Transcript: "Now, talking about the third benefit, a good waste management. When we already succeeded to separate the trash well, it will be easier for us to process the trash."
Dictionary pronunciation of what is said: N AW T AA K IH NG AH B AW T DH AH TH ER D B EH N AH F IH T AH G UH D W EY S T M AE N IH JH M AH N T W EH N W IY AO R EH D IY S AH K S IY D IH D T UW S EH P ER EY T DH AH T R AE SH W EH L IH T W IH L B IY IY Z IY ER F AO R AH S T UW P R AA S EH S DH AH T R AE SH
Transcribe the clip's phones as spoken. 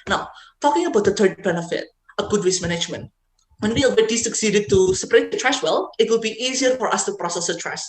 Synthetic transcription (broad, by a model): N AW T AA K IH NG AH B AW T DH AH T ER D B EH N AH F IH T AH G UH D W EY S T M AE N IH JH M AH N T W EH N W IY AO W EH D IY S AH K S IY D IH D T UW S EH P ER EY T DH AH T R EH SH W EH L IH T W IH L B IY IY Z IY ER F AO R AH S T UW P R AA S EH S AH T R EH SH